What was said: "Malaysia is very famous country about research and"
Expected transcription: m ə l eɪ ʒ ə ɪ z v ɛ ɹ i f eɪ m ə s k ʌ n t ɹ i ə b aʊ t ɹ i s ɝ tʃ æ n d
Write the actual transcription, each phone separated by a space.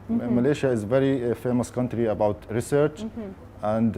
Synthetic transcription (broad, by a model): m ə l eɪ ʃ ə ɪ z v ɛ ɹ i f eɪ m ə s k ʌ n t ɹ i ə b aʊ t ɹ i s ɝ tʃ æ n d